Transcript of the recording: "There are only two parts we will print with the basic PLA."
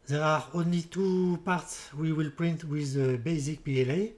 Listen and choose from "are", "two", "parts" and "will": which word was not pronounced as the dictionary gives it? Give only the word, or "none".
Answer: none